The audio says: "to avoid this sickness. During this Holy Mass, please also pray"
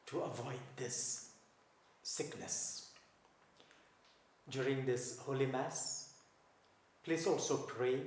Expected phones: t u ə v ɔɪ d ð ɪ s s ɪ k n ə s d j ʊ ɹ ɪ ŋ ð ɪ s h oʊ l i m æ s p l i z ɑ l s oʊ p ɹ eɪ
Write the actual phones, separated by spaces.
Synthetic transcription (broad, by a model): t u ə v ɔɪ d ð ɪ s s ɪ k n ə s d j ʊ ɹ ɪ ŋ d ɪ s h oʊ l i m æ s p l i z ɑ l s oʊ p ɹ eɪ